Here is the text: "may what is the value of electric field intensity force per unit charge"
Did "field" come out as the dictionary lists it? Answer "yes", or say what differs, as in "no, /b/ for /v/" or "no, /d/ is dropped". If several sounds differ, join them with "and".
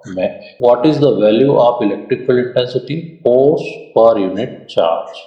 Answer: no, /d/ is dropped